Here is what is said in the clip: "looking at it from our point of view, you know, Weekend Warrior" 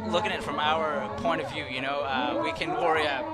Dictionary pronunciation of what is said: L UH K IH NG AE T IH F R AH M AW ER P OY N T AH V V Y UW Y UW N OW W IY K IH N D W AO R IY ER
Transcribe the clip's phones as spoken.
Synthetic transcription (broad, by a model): L UH K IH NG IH T F R AH M AW ER P OY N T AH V V Y UW Y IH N OW W IY K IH N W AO R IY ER